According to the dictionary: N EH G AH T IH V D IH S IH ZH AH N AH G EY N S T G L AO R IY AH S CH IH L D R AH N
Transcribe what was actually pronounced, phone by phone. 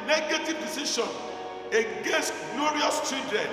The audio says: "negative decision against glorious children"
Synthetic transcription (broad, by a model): N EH G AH T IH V D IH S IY SH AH N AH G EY S G L AO R IY AH S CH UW D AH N